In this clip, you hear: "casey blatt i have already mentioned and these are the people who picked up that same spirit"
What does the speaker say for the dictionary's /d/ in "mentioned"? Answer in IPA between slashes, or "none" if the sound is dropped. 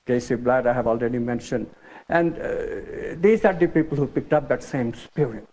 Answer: /d/